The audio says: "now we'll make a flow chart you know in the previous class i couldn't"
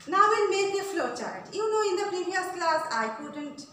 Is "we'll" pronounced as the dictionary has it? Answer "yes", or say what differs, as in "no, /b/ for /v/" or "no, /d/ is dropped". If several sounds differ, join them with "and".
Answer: no, /n/ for /l/